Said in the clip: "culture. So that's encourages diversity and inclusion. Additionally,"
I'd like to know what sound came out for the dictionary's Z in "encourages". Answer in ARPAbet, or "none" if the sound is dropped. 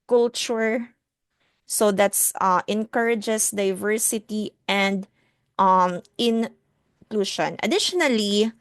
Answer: S